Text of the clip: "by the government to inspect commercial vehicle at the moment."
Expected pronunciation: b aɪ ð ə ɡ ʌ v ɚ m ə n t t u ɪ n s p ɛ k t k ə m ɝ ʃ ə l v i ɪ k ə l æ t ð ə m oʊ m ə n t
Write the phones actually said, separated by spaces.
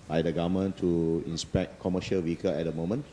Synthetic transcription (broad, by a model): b aɪ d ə ɡ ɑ m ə n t t u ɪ n s p ɛ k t k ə m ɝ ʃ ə l w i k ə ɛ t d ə m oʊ m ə n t